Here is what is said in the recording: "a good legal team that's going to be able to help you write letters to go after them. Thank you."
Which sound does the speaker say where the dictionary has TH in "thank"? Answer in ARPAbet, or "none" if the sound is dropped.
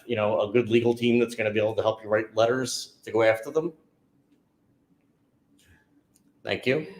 TH